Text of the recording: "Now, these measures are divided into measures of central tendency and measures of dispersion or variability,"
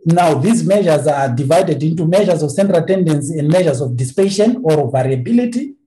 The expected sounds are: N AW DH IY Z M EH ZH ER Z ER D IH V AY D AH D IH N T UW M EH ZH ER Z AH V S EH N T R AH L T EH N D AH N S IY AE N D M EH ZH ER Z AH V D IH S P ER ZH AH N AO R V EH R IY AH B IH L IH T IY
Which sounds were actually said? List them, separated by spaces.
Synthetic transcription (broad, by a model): N AW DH IY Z M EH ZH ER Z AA D IH V AY D AH D IH N T UW M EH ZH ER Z AH V S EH N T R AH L T EH N D AH N S IY N D M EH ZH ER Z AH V D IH S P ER SH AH N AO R V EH R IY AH B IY L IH T IY